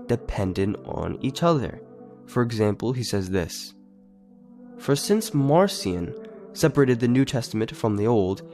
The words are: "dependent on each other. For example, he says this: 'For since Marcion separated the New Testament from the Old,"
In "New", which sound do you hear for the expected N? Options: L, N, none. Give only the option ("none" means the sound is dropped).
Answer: N